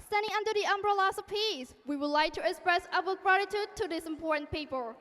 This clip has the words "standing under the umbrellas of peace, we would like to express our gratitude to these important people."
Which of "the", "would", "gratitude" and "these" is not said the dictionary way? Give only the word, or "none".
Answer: these